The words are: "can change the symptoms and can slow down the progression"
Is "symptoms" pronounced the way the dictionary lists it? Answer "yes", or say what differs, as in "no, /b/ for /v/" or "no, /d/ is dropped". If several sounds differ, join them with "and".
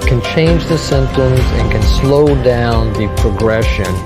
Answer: yes